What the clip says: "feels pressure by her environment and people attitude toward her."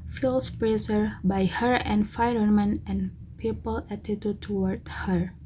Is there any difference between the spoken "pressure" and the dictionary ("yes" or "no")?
yes